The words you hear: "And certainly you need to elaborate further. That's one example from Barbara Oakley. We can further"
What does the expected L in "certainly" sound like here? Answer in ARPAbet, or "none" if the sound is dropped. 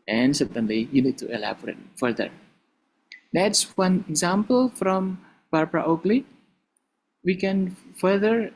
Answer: L